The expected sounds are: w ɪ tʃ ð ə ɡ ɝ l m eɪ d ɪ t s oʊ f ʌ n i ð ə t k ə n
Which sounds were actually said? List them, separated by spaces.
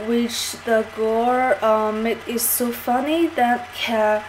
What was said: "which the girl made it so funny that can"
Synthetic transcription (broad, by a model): w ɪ tʃ ð ə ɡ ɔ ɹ m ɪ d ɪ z s oʊ f ʌ n i ð ə t k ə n